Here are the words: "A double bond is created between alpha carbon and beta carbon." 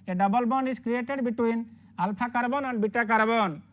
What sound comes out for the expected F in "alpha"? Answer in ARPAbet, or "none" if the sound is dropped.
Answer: P